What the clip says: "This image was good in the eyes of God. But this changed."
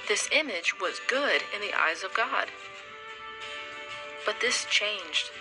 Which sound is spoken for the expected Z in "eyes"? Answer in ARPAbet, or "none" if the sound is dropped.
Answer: Z